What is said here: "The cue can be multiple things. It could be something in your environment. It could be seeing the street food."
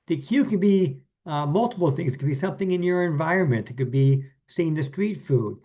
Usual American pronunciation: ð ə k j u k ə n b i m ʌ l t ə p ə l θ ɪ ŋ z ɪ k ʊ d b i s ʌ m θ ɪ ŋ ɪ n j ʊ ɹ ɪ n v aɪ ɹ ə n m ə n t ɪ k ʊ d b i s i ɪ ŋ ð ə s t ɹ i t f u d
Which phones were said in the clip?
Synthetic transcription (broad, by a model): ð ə k j u k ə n b i m ʌ l t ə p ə l θ ɪ ŋ z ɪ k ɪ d b i s ʌ m θ ɪ ŋ ɪ n j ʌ ɹ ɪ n v aɪ ɹ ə n m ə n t ɪ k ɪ d b i s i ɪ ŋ ð ə s t ɹ i t f u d